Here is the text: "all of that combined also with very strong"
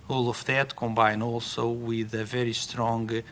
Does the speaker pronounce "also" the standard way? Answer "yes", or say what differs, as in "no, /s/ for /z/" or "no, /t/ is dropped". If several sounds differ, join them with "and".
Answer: yes